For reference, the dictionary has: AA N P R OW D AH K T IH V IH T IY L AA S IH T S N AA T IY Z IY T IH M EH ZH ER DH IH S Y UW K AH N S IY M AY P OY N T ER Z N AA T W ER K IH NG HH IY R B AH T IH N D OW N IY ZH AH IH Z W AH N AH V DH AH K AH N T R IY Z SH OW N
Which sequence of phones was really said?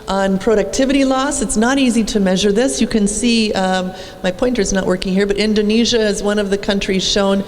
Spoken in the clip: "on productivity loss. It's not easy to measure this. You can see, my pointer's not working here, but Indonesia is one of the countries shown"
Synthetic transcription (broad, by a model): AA N P R OW D AH K T IH V IH T IY L AA S IH T S N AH T IY Z IY T IH M EH ZH ER DH IH S Y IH K AH N S IY M AY P OY N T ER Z N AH T W ER K IH NG HH IY R B AH T IH N D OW N IY ZH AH IH Z W AH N AH V DH AH K AH N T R IY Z SH OW N